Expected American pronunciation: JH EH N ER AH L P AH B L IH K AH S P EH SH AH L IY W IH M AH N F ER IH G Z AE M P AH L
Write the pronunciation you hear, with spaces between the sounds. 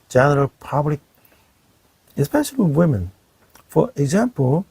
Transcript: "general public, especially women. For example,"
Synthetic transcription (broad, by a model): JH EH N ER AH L P AH B L IH K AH S P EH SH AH W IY W IH M AH N F ER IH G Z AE M P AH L